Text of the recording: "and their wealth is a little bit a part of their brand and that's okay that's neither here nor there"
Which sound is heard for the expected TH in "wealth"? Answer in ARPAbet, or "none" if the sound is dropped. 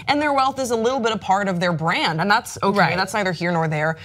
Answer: TH